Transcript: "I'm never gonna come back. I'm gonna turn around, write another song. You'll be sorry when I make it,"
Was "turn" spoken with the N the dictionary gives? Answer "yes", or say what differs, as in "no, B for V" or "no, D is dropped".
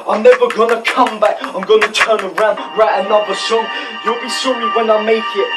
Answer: yes